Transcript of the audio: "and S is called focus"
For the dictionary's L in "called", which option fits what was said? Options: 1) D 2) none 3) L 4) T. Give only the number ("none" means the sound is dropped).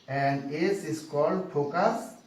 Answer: 3